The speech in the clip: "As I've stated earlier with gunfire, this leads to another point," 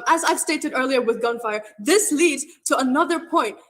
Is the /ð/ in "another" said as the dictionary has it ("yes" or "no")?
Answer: yes